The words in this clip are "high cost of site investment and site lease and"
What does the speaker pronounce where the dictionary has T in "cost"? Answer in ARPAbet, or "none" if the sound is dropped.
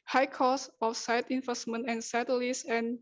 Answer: none